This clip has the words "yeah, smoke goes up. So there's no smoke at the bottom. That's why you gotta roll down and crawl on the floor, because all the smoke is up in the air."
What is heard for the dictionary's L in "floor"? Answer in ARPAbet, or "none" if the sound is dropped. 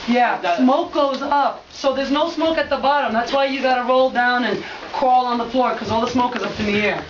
L